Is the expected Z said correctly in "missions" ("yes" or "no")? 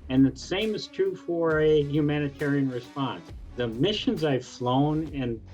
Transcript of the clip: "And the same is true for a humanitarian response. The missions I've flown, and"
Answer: yes